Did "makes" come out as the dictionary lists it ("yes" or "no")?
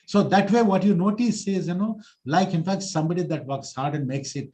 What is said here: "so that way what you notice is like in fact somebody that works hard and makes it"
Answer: yes